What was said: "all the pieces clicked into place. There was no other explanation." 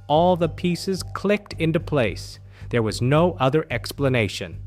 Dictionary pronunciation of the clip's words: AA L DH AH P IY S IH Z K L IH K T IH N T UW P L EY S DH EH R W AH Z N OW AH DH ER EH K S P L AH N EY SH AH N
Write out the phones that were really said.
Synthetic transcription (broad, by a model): AA L DH AH P IY S IH Z K L IH K T IH N T UW P L EY S DH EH R W AH Z N OW AH DH ER EH K S P L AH N EY SH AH N